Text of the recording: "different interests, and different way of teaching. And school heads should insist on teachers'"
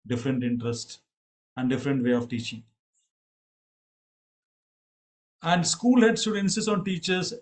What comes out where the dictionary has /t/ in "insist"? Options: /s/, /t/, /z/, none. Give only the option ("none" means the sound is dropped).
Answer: none